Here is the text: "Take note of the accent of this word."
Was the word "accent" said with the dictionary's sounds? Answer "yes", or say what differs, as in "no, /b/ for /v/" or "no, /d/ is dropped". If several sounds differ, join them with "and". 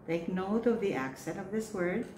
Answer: yes